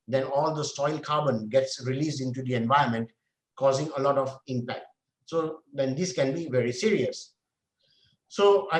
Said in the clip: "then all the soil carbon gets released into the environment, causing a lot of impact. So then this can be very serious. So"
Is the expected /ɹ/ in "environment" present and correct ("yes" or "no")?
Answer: no